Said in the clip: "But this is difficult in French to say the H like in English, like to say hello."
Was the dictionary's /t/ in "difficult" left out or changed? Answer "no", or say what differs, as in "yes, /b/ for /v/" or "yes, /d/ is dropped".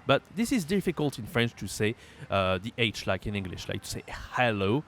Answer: no